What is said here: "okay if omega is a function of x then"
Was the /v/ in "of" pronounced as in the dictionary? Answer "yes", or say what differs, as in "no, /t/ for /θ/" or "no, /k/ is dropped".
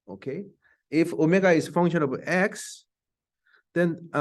no, /b/ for /v/